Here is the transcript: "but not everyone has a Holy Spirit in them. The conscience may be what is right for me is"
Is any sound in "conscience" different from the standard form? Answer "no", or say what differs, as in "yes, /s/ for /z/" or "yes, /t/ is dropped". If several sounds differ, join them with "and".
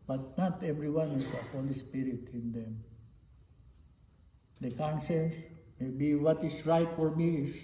yes, /s/ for /ʃ/